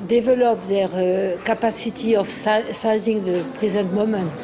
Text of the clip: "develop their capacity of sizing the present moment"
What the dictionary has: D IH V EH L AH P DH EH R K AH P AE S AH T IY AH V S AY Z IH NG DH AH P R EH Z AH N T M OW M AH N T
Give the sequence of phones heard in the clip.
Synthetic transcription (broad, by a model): D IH V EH L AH P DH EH R K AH P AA S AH T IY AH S S AY Z IH NG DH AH P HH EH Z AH T M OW M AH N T